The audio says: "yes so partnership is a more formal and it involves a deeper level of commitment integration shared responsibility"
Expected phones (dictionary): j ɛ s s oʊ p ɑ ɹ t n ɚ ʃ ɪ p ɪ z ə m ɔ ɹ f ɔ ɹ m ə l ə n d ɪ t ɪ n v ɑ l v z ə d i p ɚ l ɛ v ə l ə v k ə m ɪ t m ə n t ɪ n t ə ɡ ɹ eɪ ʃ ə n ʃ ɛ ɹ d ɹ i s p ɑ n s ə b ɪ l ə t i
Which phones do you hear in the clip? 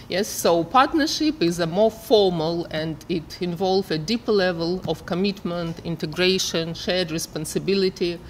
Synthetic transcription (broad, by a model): j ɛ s s oʊ p ɑ ɹ t n ɚ ʃ ɪ p ɪ z ə m ɔ ɹ f ɔ ɹ m ə l ə n d ɪ t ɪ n v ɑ l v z ə d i p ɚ l ɛ v ə l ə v k ə m ɪ t m ə n t ɪ n t ə ɡ ɹ eɪ ʃ ə n ʃ ɛ ɹ d ɹ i s p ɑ n s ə b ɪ l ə t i